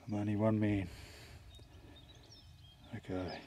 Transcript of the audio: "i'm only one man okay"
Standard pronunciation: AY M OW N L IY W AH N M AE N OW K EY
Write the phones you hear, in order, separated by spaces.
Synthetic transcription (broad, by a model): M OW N IY W AH N M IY N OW K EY